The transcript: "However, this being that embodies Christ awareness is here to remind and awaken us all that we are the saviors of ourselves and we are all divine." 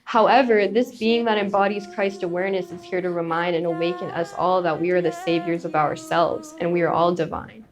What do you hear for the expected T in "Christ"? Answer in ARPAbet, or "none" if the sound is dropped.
T